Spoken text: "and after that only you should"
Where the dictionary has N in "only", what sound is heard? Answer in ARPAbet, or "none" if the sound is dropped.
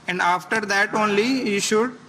N